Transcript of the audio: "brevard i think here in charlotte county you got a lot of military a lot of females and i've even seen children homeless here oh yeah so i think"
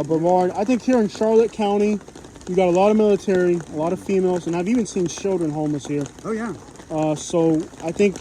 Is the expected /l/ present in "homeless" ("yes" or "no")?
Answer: no